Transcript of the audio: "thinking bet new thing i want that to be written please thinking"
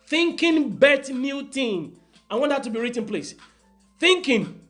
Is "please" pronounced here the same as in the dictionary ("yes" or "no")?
no